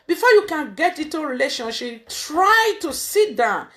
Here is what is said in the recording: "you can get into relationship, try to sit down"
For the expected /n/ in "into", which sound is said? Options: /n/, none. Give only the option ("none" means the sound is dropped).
none